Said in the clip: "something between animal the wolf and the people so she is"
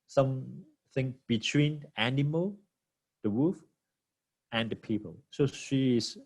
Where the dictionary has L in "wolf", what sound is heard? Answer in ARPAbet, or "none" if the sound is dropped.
none